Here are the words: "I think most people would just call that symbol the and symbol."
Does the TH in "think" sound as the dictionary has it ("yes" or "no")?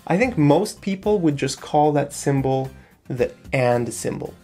yes